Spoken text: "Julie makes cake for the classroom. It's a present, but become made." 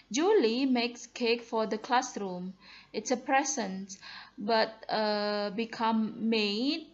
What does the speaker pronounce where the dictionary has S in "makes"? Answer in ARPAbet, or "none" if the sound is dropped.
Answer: S